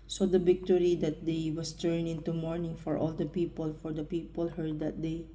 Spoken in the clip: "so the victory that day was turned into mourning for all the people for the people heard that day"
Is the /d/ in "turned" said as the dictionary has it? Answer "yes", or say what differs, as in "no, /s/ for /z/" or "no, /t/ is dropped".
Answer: no, /d/ is dropped